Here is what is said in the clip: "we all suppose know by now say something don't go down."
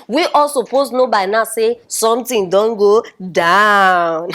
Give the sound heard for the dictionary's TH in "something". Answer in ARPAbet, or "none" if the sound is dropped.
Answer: T